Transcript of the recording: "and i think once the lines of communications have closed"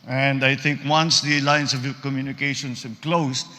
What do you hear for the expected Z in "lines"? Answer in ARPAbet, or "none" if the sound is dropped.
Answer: S